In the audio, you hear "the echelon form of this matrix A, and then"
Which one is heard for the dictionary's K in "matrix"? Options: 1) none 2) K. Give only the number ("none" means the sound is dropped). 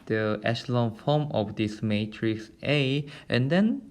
2